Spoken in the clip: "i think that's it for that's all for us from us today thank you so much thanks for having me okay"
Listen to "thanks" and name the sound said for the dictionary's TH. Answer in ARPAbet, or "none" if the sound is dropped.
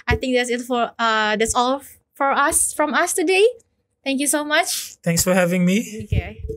T